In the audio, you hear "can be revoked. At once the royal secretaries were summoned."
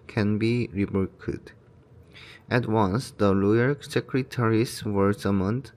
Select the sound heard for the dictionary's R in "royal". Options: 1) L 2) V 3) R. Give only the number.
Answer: 1